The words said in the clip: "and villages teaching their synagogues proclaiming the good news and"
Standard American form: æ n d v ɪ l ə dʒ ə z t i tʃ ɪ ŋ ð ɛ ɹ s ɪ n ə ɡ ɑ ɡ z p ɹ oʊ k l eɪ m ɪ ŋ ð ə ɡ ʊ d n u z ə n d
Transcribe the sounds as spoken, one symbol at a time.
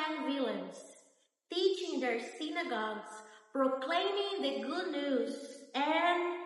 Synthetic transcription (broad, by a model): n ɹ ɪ l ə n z t i tʃ ɪ ŋ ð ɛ ɹ s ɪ n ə ɡ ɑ ɡ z p ɹ oʊ k l eɪ m ɪ ŋ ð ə ɡ ʊ d n u z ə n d